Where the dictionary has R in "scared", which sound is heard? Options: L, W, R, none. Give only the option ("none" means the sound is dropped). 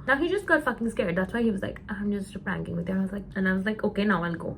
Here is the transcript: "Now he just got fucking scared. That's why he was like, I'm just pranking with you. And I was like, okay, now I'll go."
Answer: R